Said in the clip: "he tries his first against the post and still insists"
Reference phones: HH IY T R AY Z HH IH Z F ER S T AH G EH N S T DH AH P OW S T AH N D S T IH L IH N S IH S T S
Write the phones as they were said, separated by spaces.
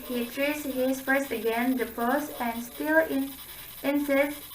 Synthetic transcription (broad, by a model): HH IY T R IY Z HH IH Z F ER S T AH G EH N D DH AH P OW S AH N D S T IH L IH N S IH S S